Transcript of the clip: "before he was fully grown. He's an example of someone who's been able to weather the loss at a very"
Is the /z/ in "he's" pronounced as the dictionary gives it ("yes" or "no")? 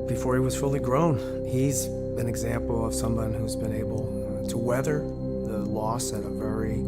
yes